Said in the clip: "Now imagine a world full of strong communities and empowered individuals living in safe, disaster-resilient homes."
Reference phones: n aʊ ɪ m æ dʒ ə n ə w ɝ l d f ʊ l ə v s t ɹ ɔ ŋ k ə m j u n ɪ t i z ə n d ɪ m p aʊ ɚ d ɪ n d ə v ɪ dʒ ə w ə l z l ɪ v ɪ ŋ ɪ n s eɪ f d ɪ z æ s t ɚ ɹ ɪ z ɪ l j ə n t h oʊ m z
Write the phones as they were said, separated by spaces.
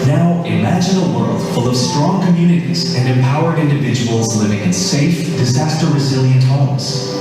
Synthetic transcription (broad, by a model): n aʊ ɪ m æ dʒ ə n ə w ɝ l d f ʊ l ə v s t ɹ ɔ ŋ k ə m j u n ɪ t i z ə n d ɪ m p aʊ ɚ d ɪ n d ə v ɪ dʒ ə w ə l z l ɪ v ɪ ŋ ɪ n s eɪ f d ɪ z æ s t ɚ ɹ ɪ z ɪ l j ə n t h oʊ m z